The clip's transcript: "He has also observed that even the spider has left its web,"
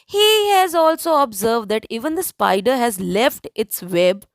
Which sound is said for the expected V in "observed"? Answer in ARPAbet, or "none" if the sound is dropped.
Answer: V